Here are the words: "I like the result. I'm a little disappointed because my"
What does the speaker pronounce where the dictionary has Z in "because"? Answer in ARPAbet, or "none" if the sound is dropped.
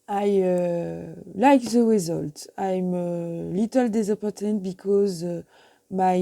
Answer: Z